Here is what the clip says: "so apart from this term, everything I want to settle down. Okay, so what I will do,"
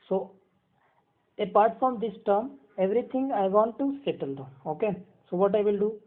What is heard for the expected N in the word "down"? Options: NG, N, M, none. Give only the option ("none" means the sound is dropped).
none